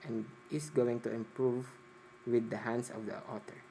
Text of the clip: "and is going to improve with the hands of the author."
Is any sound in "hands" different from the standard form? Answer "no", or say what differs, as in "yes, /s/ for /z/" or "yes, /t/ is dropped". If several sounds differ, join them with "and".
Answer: yes, /s/ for /z/